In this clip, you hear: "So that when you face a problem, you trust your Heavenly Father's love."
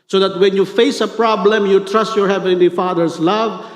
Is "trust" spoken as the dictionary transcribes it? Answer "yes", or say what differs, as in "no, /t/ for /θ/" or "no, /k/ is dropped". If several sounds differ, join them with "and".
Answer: yes